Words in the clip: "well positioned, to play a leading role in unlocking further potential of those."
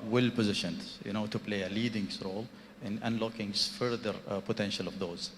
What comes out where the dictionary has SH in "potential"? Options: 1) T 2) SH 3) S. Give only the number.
2